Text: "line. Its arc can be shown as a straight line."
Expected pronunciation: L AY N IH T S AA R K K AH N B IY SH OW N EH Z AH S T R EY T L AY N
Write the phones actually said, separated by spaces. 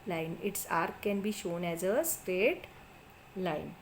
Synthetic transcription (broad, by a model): L AY N IH T S AA R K K AH N B IY SH OW N EH Z AH S T R EY T L AY N